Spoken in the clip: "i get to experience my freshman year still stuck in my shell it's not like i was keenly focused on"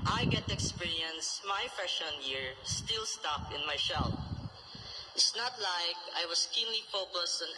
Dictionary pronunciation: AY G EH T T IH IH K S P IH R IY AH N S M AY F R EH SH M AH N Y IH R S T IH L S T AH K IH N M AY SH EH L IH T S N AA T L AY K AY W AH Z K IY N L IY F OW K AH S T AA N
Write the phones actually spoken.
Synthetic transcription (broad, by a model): AY G EH T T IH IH K S P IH R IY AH N S M AY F EH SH AH N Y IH R S T IH L S T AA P IH N M AY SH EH L IH T S N AA T L AY K AY W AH S K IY N L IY F OW K AH S T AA N